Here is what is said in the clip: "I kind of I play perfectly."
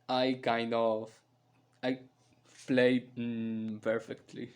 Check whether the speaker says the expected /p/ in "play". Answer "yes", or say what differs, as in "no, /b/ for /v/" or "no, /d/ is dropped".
no, /f/ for /p/